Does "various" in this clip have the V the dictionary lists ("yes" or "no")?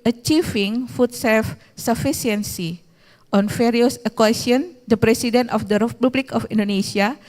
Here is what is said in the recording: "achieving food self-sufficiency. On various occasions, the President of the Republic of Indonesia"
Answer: no